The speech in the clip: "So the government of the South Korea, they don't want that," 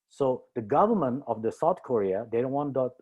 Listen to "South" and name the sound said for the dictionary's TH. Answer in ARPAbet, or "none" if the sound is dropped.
T